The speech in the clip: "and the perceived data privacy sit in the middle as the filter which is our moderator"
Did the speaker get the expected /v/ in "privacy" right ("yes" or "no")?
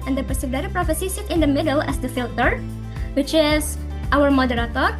no